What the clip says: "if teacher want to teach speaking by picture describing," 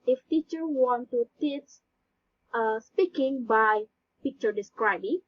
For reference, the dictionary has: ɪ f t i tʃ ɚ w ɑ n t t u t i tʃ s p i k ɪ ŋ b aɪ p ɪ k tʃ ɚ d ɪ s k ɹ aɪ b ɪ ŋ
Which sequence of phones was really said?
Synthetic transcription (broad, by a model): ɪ f t i tʃ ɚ w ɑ n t t u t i s s p i k ɪ ŋ b aɪ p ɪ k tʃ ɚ d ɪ s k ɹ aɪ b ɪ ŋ